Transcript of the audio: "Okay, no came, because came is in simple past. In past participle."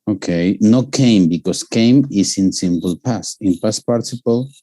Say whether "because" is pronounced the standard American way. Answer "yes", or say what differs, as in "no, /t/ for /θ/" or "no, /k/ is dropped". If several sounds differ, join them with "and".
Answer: no, /s/ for /z/